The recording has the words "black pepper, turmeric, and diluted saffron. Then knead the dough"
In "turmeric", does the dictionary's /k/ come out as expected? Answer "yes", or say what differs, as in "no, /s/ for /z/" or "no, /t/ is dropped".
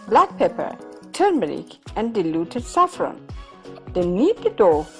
yes